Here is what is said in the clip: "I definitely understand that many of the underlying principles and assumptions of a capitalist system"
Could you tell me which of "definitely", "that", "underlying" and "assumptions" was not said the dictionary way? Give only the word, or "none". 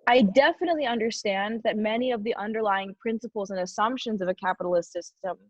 none